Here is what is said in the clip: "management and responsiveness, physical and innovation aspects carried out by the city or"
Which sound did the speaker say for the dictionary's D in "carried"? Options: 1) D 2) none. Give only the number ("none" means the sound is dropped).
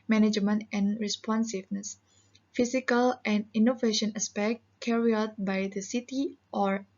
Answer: 2